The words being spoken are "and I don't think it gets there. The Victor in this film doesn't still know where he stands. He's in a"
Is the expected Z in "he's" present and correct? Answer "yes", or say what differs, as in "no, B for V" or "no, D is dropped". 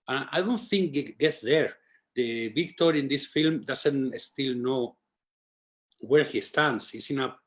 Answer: no, S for Z